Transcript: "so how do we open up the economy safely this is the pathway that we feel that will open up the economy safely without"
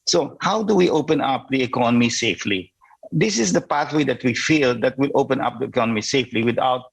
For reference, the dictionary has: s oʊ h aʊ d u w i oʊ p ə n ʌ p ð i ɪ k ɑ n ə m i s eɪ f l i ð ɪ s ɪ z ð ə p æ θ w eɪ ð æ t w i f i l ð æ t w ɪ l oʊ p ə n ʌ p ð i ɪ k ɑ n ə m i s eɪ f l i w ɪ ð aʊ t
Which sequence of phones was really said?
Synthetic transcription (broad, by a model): s oʊ h aʊ d u w i oʊ p ə n ʌ p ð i ɪ k ɑ n ə m i s eɪ f l i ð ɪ s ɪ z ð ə p æ θ w eɪ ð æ t w i f i l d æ t w ɪ l oʊ p ə n ʌ p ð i ɪ k ɑ n ə m i s eɪ f l i w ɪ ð aʊ t